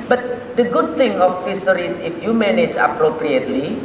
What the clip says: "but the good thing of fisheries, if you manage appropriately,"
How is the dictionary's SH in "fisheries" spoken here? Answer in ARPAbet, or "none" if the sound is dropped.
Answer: S